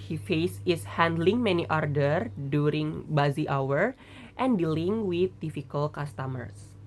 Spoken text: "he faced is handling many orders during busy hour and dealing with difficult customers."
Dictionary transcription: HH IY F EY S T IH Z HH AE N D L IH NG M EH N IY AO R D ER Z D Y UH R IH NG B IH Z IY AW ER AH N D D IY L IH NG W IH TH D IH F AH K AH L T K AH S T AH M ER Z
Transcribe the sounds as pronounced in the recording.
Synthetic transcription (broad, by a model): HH IY F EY S IH S HH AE N D L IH NG M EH N IY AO R D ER D Y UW R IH NG B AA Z IY AW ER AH N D D IY L IH NG W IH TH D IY F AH K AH L K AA S T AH M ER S